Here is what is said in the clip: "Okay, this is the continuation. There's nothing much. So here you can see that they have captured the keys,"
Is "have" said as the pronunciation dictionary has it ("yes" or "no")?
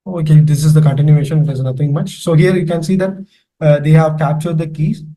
yes